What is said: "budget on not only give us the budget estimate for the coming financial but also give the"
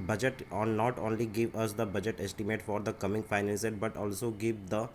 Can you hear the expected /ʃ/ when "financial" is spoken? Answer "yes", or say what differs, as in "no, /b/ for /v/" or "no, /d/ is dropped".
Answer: no, /s/ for /ʃ/